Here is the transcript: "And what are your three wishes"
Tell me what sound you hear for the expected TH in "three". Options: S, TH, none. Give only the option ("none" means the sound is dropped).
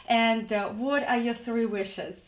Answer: TH